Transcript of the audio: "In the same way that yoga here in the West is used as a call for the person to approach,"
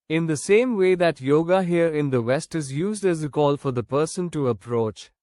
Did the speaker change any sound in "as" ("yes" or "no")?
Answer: no